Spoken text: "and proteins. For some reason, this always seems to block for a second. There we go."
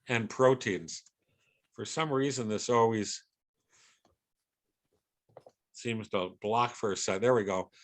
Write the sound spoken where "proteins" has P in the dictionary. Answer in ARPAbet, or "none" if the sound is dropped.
P